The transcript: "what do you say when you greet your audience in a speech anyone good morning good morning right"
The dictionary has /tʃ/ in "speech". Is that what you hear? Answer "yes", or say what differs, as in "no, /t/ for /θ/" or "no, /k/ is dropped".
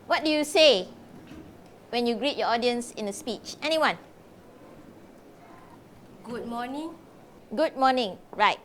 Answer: yes